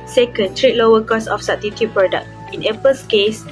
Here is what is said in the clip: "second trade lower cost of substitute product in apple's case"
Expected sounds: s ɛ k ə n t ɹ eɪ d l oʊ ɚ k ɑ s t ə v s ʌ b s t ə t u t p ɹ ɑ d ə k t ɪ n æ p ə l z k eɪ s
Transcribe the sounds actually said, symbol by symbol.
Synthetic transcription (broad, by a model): s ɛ k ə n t ɹ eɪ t l oʊ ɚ k ɑ s ə f s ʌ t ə t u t p ɹ ɑ d ə k t ɪ n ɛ p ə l s k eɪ s